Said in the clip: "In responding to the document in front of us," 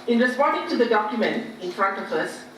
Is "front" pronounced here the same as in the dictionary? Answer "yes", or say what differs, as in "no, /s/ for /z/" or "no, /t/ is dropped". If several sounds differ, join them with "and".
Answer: yes